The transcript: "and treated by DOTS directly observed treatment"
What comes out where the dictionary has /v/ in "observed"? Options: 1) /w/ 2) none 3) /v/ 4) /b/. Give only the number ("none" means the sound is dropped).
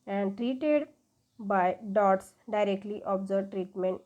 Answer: 2